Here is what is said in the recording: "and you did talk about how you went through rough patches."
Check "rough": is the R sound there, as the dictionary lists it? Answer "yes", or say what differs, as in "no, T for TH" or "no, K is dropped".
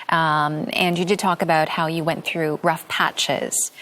yes